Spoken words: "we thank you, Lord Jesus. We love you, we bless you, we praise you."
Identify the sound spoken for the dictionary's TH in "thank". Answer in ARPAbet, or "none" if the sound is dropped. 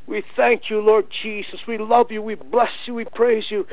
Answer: TH